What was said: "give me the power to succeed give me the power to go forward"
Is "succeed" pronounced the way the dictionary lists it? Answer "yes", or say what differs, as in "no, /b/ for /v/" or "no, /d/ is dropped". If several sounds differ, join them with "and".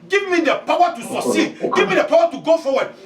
no, /k/ is dropped